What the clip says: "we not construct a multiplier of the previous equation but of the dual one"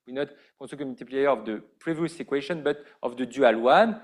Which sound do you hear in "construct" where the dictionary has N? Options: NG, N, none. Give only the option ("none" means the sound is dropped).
none